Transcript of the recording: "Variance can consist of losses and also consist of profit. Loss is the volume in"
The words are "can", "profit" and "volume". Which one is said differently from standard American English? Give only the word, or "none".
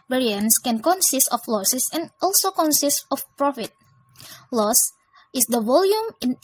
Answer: none